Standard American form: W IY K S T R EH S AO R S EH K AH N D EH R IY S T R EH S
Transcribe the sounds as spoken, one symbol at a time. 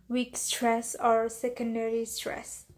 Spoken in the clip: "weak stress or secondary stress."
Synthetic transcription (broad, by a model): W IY K S T R EH S AO R S EH K AH N D EH R IY S T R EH S